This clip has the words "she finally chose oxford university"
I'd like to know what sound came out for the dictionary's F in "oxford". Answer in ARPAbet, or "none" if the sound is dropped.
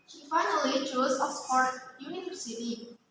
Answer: P